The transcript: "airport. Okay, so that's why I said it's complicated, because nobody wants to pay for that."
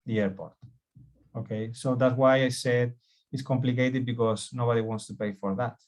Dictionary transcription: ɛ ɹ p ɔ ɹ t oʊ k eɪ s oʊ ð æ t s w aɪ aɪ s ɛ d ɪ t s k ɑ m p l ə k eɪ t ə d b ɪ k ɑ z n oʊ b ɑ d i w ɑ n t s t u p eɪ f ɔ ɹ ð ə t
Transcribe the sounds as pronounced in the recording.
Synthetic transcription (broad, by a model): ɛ ɹ p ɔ ɹ t oʊ k eɪ s oʊ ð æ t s w aɪ aɪ s ɛ d ɪ t s k ɑ m p l ə k eɪ t ə d b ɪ k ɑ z n oʊ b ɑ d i w ɑ n t s t u p eɪ f ɔ ɹ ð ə t